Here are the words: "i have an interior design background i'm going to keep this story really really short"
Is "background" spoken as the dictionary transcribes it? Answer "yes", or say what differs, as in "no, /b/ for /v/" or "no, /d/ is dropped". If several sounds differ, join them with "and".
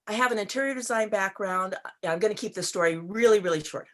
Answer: yes